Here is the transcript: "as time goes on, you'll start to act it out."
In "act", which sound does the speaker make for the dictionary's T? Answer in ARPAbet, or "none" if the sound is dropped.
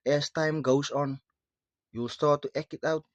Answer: none